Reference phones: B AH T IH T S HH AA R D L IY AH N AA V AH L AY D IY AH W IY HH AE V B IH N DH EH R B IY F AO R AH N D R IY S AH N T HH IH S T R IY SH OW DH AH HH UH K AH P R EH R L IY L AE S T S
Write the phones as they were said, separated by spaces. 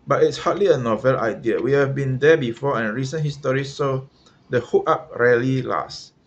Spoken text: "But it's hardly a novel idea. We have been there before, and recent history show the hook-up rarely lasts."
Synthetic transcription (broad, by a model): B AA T IH T S HH AA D L IY AH N AA V AH L AY D IY AH W IY HH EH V B IH N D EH B IY F AO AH N R IY S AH N HH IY S T R IY S OW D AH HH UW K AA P R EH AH L IY L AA S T